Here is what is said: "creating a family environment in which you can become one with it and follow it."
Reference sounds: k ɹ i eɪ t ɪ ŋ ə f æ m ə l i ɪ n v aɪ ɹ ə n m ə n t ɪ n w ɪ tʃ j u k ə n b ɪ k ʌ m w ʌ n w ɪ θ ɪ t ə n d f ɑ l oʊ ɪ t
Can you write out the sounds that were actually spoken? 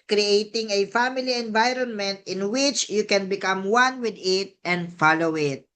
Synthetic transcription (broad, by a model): k ɹ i eɪ t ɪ ŋ ə f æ m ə l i ɪ n v aɪ ɹ ə n m ə n t ɪ n w ɪ tʃ j u k ə n b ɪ k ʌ m w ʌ n w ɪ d ɪ t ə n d f ɑ l oʊ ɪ t